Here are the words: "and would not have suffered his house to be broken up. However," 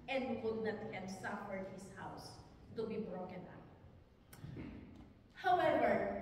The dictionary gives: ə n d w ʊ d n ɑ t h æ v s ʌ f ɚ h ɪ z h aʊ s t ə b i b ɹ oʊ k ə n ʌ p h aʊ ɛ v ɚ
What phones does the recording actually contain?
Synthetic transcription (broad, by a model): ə n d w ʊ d n ɑ t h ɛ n s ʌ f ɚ h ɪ s h aʊ s t ə b i b ɹ oʊ k ə n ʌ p h aʊ ɛ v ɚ